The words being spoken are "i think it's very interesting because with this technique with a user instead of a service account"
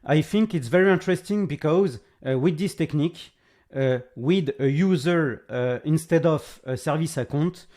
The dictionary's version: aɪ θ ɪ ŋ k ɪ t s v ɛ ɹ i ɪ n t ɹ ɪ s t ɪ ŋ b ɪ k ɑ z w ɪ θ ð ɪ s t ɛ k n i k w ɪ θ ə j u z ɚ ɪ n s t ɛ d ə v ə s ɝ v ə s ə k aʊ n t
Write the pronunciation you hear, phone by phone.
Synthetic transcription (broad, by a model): aɪ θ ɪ ŋ k ɪ t s v ɛ ɹ i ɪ n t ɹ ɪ s t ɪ ŋ b ɪ k ɑ z w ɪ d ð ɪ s t ɛ k n i k w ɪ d ə j u z ɚ ɪ n s t ɛ d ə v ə s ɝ v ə s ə k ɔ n t